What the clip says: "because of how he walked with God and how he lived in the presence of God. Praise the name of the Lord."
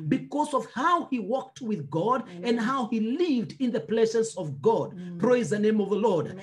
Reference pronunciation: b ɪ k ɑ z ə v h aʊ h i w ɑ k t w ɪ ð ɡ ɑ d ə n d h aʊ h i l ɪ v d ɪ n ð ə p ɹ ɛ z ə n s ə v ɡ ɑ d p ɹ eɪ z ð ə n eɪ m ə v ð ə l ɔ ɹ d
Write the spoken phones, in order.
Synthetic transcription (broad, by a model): b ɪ k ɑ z ə v h aʊ h i w ɑ k t w ɪ ð ɡ ɑ d ə n d h aʊ h i l ɪ v d ɪ n ð ə p l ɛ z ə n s ə v ɡ ɑ d p ɹ eɪ z ð ə n eɪ m ə v ð ə l ɔ ɹ d